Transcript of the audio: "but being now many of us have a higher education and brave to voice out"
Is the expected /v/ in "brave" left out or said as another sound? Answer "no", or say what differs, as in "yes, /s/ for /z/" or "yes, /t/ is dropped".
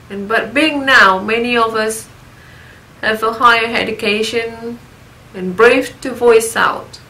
yes, /f/ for /v/